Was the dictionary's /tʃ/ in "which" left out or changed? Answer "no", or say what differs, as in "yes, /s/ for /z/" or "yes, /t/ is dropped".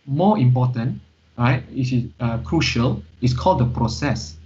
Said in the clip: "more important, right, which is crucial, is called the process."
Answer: yes, /s/ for /tʃ/